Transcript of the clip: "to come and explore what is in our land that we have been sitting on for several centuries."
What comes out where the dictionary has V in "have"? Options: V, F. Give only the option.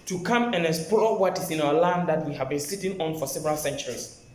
V